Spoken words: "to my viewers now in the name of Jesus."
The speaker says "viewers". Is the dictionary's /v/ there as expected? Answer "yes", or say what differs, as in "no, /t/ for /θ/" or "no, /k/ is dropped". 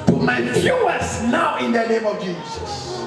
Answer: no, /f/ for /v/